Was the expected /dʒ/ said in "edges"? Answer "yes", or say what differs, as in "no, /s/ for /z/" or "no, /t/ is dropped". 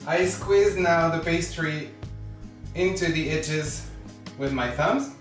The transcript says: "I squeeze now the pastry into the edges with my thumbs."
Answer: no, /tʃ/ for /dʒ/